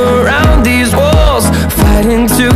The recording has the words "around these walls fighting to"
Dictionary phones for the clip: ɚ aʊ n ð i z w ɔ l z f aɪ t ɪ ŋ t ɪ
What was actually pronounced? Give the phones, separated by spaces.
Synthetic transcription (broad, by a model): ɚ aʊ n ð i z w ɔ l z f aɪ t ɪ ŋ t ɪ